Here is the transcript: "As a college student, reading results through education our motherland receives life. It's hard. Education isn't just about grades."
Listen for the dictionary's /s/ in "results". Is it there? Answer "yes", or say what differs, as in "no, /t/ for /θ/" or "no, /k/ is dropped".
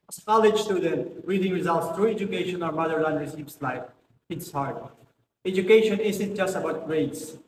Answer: yes